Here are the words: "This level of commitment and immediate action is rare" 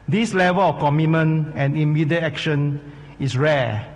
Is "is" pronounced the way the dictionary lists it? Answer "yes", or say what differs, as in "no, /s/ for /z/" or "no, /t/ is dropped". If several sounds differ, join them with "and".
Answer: no, /s/ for /z/